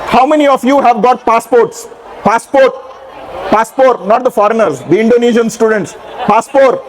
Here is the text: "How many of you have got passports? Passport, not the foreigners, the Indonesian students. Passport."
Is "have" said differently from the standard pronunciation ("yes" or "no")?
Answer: no